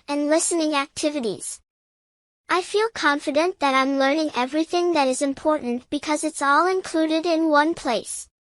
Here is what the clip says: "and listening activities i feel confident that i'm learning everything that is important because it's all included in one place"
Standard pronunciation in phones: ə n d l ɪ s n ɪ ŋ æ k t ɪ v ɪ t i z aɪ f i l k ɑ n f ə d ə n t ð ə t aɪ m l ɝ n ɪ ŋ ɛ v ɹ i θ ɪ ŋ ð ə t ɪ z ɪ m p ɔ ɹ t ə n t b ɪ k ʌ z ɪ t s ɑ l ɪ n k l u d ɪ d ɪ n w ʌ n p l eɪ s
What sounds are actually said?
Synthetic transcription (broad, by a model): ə n l ɪ s n ɪ ŋ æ k t ɪ v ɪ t i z aɪ f i l k ɑ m f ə d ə n ð ə t aɪ m l ɝ n ɪ ŋ ɛ v ɹ i θ ɪ ŋ ð ə t ɪ z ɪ m p ɔ ɹ t n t b ɪ k ʌ z ɪ t s ɑ l ɪ n k l u d ɪ d ɪ n w ʌ n p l eɪ s